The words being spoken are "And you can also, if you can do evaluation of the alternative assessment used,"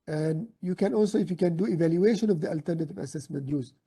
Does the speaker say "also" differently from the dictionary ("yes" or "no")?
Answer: no